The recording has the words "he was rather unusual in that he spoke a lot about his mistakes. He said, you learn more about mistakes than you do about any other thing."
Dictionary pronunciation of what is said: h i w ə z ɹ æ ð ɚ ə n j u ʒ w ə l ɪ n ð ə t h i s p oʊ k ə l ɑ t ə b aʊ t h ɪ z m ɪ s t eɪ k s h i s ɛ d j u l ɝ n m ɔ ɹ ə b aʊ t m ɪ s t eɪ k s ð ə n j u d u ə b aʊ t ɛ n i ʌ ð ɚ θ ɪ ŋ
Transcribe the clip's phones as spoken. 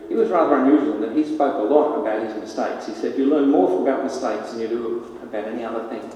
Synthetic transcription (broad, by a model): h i w ə z ɹ æ ð ɚ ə n j u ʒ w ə l ð ə t h i s p oʊ k ə l ɑ t ə b aʊ t h ɪ z m ɪ s t eɪ k s h i s ɛ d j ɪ l ɝ n m ɔ ɹ ə b aʊ t m ɪ s t eɪ k s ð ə n j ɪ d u ə b aʊ t ɛ n i ʌ ð ɚ θ ɪ ŋ